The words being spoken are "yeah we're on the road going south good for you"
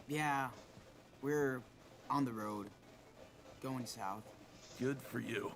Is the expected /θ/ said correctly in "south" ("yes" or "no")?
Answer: yes